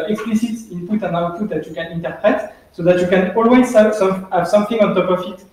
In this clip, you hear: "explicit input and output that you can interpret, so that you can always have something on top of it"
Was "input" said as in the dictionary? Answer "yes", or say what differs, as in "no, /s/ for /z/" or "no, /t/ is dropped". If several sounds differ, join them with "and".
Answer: no, /l/ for /n/